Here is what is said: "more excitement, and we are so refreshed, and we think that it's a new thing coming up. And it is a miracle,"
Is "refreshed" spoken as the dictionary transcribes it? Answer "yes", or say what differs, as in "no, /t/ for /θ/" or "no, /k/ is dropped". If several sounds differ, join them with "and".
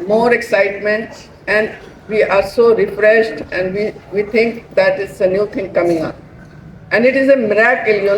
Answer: yes